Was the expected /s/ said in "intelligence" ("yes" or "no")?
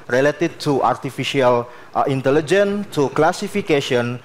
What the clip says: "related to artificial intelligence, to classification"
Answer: no